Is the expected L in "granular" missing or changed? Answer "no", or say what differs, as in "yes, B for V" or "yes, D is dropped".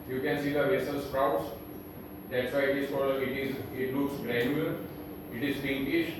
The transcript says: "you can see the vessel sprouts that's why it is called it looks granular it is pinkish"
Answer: yes, L is dropped